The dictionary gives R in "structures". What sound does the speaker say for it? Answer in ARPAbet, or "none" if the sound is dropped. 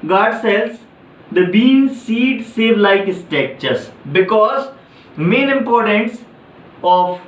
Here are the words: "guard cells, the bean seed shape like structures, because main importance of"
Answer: none